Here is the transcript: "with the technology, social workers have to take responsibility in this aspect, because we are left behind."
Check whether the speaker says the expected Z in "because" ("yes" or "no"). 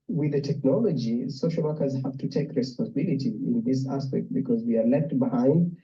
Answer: yes